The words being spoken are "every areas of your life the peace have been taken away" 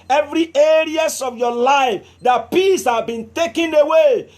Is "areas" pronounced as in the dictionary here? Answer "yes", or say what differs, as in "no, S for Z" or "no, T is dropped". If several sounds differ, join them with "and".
no, S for Z